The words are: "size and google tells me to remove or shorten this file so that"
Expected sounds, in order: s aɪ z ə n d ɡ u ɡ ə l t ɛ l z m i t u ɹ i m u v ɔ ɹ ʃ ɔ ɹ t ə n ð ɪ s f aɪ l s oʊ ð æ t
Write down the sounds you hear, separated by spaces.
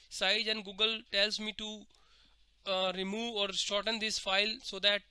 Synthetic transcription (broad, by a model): s aɪ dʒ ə n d ɡ u ɡ ə l t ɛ l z m i t u ɹ i m u v ɔ ɹ s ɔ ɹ t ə n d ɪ s f aɪ l s oʊ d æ t